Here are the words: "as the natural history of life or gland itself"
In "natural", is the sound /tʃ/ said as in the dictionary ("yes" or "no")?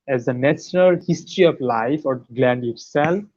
no